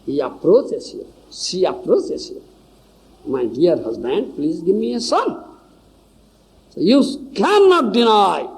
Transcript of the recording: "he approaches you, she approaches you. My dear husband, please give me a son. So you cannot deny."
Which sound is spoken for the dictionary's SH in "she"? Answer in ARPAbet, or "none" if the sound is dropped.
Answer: S